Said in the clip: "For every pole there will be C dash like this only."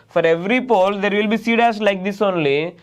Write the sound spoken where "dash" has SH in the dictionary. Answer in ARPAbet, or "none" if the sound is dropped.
S